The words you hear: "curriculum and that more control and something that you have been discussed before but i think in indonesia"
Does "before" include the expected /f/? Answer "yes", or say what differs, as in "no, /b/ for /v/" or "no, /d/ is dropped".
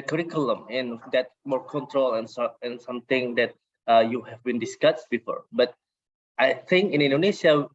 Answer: yes